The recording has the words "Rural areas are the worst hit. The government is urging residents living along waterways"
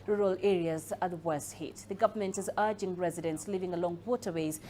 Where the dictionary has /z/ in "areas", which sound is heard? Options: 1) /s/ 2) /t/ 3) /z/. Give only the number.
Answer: 3